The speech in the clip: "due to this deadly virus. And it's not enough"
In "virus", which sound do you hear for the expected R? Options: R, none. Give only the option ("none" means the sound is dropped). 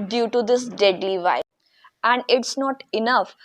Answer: none